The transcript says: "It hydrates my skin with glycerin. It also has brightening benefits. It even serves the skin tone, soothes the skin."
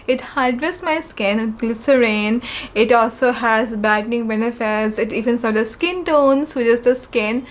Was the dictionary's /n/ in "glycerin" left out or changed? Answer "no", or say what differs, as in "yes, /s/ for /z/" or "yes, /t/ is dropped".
no